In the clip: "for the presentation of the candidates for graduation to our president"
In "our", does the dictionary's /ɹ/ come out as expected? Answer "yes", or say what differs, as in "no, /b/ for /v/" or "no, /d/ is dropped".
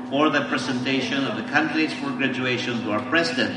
yes